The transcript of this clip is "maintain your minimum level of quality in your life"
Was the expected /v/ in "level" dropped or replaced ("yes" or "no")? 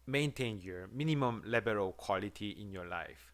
yes